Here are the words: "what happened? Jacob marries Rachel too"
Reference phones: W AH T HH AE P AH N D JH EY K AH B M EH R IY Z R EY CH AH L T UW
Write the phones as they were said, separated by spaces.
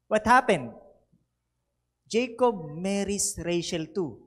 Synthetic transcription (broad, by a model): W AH T HH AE P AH N D JH EY K AH B M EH R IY S R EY SH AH L T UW